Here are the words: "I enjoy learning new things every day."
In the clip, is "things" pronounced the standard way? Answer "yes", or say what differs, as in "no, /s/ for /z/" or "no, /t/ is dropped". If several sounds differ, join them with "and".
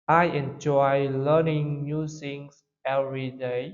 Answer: no, /s/ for /θ/ and /s/ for /z/